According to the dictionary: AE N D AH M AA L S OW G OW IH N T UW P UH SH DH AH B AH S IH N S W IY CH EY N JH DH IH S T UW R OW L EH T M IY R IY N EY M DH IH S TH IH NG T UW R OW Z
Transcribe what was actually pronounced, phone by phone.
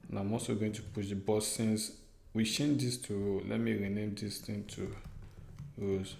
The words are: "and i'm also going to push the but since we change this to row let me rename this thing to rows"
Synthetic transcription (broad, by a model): N AH M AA S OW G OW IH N T UW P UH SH B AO S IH N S W IY SH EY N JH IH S T UW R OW L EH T M IY R IY N EY M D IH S T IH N T UW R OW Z